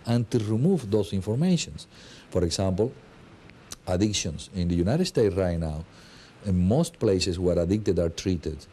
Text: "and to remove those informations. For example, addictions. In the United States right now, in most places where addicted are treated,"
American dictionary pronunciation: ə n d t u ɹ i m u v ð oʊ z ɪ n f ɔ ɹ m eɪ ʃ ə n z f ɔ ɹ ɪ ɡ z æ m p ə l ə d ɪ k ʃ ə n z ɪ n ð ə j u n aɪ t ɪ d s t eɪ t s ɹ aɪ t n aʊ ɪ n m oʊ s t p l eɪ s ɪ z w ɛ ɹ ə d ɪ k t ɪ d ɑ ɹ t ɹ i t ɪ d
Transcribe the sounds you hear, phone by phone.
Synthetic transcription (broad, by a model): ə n t u ɹ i m u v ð oʊ s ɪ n f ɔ ɹ m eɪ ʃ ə n s f ɔ ɹ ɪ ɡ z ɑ m p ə l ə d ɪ k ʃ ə n s ɪ n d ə j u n aɪ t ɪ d s t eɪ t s ɹ aɪ t n aʊ ɪ n m oʊ s t p l eɪ s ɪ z w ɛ ɹ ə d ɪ k t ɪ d ɑ ɹ t ɹ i t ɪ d